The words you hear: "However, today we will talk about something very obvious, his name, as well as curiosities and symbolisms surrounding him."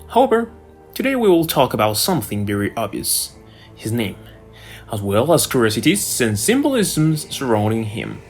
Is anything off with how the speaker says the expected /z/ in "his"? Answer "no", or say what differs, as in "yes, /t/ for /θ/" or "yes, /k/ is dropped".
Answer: no